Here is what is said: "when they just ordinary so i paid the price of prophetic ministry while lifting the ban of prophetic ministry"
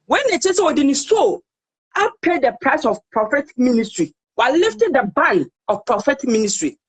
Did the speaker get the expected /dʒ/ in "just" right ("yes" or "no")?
no